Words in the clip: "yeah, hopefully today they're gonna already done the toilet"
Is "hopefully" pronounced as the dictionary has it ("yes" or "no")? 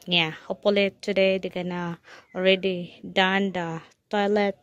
no